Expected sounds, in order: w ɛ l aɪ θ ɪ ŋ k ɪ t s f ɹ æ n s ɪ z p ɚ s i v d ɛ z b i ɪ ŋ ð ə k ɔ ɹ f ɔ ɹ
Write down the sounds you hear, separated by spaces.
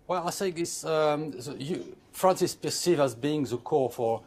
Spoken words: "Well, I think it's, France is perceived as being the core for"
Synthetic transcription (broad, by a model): w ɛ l aɪ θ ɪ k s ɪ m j f ɹ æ n s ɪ s p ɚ s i v ɑ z b i ɪ ŋ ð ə k ɔ ɹ f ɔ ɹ